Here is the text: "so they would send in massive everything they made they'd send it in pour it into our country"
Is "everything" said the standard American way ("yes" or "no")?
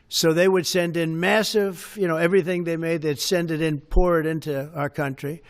yes